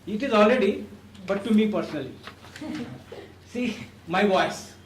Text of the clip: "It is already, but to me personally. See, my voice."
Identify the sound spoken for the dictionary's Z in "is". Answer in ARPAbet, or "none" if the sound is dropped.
Z